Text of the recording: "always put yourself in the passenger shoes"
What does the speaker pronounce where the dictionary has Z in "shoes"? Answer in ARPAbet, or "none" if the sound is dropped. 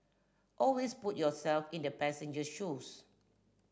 S